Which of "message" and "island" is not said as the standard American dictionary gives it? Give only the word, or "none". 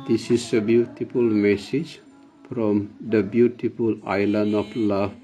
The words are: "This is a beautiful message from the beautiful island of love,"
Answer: island